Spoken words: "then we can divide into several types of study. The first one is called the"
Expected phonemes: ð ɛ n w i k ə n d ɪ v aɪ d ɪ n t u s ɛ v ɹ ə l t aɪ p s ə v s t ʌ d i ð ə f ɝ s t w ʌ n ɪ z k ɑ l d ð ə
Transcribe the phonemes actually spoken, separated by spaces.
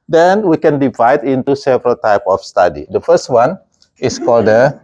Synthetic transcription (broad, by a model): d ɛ n w i k ə n d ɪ v aɪ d ɪ n t u s ɛ v ɹ ə l t aɪ p ə f s t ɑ d i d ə f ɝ s t w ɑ n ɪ s k ɑ l d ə